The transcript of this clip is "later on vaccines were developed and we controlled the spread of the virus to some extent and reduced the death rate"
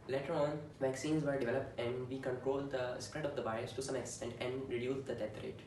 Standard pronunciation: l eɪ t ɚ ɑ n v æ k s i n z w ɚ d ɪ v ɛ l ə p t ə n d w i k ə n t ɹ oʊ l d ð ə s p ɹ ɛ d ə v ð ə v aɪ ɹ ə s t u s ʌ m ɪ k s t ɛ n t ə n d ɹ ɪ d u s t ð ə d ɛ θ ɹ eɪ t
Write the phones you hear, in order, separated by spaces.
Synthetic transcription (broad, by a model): l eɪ t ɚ ɑ n v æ k s i n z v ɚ d ɪ v ɛ l ə p t ə n d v i k ə n t ɹ oʊ l d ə s p ɹ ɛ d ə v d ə b aɪ ə s t u s ʌ m ɪ k s t ɛ n t ə n d ɹ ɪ d u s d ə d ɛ t ɹ eɪ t